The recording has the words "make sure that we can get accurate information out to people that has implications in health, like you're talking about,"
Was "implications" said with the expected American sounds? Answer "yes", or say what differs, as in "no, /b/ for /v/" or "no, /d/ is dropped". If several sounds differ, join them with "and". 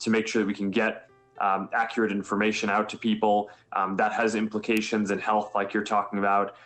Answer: yes